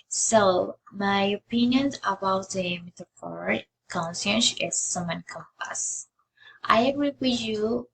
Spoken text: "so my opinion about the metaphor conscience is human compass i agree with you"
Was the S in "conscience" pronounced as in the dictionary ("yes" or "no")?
no